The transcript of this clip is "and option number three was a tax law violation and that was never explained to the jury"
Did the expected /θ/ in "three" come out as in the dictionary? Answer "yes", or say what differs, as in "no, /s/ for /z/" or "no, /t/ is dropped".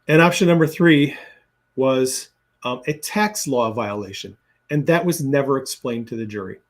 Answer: yes